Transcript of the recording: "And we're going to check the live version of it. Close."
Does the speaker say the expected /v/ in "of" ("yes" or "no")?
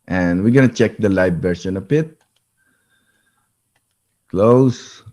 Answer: no